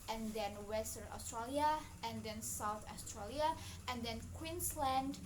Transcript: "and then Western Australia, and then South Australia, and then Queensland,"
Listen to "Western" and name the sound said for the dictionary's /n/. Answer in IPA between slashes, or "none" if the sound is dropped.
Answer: none